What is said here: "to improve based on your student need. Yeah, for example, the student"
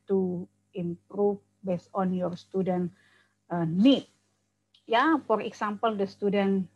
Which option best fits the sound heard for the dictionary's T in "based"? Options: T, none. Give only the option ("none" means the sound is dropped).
none